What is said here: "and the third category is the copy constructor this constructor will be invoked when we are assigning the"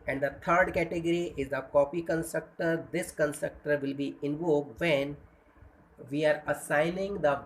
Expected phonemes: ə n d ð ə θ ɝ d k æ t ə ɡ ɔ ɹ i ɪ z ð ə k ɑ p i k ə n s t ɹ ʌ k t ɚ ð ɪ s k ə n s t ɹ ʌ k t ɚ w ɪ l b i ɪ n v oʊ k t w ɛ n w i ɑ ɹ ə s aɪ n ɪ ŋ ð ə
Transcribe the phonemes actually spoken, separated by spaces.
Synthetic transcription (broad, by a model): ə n d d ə t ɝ d k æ t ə ɡ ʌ ɹ i ɪ z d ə k ɑ p i k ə n s t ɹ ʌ k t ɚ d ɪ s k ə n s t ɹ ʌ k t ɚ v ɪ l b i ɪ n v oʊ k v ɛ n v i ɑ ɹ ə s aɪ n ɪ ŋ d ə